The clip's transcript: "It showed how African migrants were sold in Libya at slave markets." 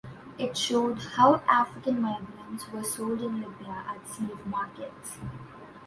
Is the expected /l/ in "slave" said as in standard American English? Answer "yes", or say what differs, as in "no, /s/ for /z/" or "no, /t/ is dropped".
no, /l/ is dropped